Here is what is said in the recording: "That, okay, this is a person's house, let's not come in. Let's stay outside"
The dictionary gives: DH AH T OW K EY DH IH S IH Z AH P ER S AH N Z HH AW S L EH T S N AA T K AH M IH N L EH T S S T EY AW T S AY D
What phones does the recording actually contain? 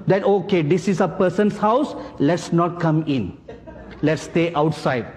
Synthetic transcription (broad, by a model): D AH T OW K EY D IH S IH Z AH P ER S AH N S HH AW S L EH T S N AA T K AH M IH N L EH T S S T EY AW T S AY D